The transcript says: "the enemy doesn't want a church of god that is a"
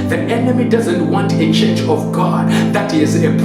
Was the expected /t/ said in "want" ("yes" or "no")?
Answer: yes